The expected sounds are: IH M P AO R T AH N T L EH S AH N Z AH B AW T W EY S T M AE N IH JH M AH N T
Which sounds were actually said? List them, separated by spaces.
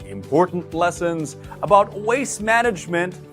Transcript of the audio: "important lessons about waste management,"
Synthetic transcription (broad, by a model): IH M P AO R T N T L EH S AH N Z AH B AW T W EY S M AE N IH JH M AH N T